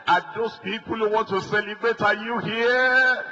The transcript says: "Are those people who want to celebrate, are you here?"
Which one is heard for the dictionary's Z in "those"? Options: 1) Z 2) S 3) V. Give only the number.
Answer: 2